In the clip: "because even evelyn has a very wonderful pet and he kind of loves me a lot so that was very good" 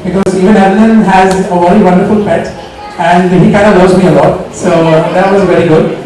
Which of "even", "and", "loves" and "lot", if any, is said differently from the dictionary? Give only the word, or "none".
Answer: loves